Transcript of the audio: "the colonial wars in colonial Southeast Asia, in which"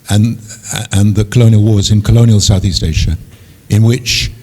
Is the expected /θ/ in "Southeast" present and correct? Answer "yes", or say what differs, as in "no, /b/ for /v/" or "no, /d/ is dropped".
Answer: yes